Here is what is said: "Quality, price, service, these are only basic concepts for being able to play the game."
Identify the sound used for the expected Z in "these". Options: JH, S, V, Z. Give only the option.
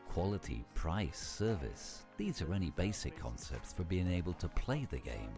Z